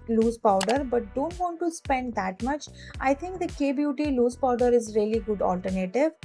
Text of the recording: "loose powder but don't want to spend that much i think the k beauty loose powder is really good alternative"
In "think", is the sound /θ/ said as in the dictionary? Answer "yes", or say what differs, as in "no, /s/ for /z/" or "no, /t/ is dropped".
no, /t/ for /θ/